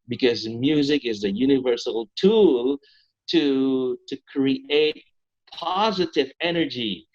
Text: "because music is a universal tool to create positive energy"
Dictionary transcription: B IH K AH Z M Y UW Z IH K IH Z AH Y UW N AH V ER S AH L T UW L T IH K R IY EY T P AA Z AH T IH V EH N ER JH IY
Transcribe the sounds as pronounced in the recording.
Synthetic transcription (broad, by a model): B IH K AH Z M Y UW Z IH K IH Z AH Y UW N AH V ER S L T UW L T IH K R IY EY T P AA Z AH T IH V EH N ER JH IY